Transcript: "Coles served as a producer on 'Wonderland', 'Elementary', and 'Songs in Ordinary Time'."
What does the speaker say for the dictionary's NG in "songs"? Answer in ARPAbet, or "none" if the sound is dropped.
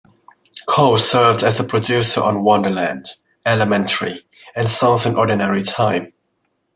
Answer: none